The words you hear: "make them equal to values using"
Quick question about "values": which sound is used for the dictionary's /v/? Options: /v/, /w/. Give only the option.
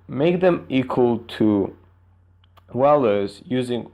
/w/